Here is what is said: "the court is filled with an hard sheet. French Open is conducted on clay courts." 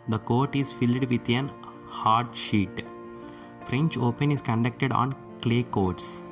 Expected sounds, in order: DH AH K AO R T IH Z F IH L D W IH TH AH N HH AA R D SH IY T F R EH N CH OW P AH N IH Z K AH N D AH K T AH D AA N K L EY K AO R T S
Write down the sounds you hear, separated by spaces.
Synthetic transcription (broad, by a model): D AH K AO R T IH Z F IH L D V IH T AH N HH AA R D SH IY T F R EH N CH OW P AH N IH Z K AH N D AH K T AH D AA N K L EY K AO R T S